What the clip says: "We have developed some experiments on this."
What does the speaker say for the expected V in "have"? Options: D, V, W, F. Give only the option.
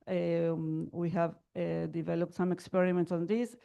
V